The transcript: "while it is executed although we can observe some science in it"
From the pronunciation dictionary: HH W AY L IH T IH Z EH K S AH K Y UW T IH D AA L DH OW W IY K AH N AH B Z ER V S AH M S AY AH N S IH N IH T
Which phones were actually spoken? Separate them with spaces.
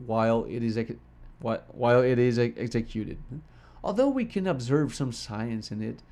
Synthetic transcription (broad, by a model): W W AY L IH T IH Z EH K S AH K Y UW T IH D AA L DH OW W IY K AH N AH B Z ER V S AH M S AY AH N S IH N IH T